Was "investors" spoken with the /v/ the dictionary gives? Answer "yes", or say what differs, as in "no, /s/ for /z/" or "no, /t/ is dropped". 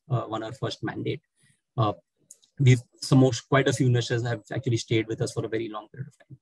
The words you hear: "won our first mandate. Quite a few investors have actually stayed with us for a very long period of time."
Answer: no, /v/ is dropped